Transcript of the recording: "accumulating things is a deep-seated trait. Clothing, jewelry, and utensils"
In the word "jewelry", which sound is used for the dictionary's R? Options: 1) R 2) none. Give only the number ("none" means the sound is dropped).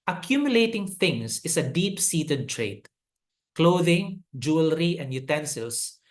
1